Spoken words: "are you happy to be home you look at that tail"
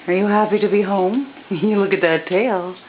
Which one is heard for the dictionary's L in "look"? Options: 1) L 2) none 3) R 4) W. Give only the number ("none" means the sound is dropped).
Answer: 1